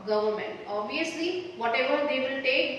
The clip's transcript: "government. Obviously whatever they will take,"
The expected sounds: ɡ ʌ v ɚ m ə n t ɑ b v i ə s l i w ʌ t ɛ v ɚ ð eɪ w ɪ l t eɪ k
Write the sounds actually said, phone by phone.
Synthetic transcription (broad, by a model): ɡ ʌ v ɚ m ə n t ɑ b i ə s l i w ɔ t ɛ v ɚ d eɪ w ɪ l t eɪ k